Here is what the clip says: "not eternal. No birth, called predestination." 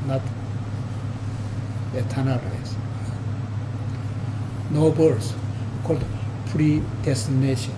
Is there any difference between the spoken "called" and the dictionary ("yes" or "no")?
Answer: no